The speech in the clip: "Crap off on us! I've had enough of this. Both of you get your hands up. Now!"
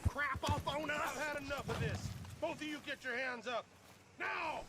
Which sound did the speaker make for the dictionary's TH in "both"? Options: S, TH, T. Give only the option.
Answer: TH